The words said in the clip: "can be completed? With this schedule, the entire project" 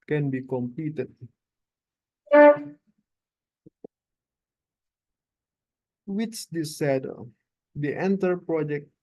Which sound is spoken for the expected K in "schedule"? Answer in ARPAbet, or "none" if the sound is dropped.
none